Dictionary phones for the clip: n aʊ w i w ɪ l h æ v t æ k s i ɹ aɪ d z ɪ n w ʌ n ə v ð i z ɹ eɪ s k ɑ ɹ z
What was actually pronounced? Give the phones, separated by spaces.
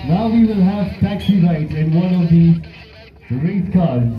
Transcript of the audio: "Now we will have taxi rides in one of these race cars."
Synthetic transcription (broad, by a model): n aʊ w i w ɪ l h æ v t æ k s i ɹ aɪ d ɪ n w ʌ n ə v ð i s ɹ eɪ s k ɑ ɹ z